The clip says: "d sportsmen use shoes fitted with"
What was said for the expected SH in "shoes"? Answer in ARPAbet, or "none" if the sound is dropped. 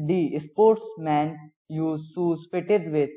S